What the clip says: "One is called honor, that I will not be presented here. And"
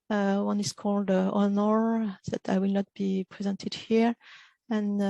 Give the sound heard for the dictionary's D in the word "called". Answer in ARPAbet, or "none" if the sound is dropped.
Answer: D